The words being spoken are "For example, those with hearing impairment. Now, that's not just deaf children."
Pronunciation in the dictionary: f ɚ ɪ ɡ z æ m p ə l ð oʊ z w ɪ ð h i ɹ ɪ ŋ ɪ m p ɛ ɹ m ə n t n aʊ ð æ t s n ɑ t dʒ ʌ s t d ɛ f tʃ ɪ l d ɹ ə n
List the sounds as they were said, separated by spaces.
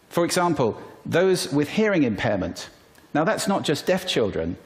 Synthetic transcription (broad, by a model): f ɚ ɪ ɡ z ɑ m p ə l ð oʊ z w ɪ ð h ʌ ɹ ɪ ŋ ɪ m p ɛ m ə n t n aʊ ð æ t s n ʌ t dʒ ʌ s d ɛ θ tʃ ɪ l d ɹ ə n